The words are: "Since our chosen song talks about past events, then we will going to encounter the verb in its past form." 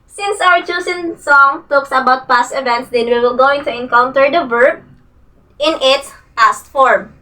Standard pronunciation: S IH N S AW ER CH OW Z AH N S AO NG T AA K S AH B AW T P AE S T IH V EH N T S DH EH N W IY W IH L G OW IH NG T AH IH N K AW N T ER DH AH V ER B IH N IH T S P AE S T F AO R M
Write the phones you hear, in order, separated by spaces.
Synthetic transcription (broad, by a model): S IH N S AW ER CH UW S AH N S AO NG T AA K S AH B AW T P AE S T IH V EH N T S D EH N W IY W IH L G OW IH NG T AH IH N K AW N T ER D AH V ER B IH N IH T S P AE S T F AO R M